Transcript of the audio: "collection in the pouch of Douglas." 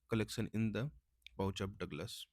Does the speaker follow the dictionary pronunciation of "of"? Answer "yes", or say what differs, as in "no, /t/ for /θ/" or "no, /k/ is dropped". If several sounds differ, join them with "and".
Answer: no, /p/ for /v/